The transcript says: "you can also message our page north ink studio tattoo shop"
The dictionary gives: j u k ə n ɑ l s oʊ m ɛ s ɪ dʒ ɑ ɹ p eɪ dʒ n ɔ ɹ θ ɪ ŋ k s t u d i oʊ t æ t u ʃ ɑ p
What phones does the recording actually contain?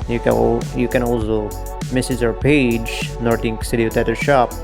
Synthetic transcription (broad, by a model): j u k ə n ɑ l s oʊ m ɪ s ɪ z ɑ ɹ p eɪ dʒ n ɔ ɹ t ɪ ŋ k s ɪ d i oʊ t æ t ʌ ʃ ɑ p